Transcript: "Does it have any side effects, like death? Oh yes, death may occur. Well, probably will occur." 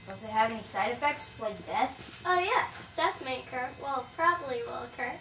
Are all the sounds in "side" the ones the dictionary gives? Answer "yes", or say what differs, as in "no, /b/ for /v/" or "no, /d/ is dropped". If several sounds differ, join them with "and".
yes